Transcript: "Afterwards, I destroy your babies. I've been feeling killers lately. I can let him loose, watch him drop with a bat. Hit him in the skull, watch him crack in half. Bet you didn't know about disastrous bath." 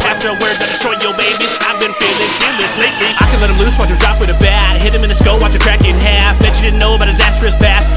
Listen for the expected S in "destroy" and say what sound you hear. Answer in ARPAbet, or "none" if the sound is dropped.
none